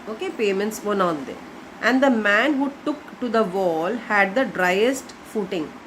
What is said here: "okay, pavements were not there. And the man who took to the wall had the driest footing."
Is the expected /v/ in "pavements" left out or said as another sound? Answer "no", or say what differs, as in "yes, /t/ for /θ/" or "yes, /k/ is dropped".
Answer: yes, /v/ is dropped